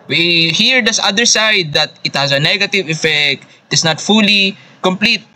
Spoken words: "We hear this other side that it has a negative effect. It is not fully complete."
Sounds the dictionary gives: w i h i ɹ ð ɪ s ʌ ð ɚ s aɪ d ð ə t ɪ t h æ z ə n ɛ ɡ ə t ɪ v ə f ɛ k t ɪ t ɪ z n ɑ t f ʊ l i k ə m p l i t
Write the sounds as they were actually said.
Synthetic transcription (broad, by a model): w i h i ɹ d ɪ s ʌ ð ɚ s aɪ d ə t ɪ t h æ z ə n ɛ ɡ ə t ɪ v ə f ɛ k t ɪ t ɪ s n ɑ t f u l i k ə m p l i t